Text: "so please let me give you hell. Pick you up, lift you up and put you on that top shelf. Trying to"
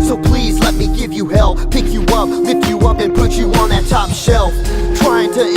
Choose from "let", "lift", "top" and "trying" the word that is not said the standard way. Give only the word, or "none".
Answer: lift